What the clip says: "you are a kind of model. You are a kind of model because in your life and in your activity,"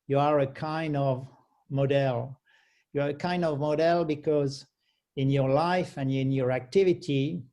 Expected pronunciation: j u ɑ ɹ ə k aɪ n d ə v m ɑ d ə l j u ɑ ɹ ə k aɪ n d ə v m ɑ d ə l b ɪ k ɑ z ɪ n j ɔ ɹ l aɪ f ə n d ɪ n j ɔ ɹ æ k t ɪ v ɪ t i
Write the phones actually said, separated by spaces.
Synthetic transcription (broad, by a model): j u ɑ ɹ ə k aɪ n d ə v m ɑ d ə l j u ɑ ɹ ə k aɪ n d ə v m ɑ d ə l b ɪ k ɑ z ɪ n j ɔ ɹ l aɪ f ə n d ɪ n j ɔ ɹ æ k t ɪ v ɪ t i